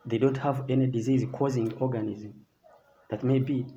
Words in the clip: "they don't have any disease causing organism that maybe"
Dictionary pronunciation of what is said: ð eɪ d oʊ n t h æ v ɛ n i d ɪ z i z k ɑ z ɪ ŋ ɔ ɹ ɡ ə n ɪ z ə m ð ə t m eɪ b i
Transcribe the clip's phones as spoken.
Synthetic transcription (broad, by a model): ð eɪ d oʊ n t h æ v ɛ n i d ɪ z i z k ɑ z ɪ ŋ ɔ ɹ ɡ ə n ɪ z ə m ð ə t m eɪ b i